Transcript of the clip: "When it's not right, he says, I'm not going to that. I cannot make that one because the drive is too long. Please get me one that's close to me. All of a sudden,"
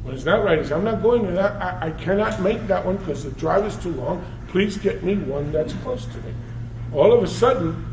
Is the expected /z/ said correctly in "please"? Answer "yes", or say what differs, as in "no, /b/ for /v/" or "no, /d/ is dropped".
yes